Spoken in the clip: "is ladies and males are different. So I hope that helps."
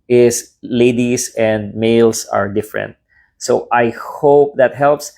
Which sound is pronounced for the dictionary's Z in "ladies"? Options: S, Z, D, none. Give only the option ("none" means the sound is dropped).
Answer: S